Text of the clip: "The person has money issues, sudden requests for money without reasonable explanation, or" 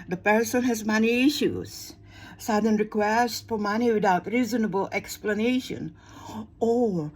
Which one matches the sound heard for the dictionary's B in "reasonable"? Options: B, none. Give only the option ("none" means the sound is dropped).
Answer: B